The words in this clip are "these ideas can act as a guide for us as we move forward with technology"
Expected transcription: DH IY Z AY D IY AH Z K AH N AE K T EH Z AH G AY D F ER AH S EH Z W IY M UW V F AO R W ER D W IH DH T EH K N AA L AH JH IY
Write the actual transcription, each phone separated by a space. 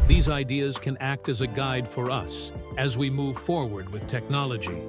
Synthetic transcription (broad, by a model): DH IY Z AY D IY AH Z K AH N AE K T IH Z AH G AY D F ER AH S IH Z W IY M UW V F AO R W ER D W IH DH T EH K N AA L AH JH IY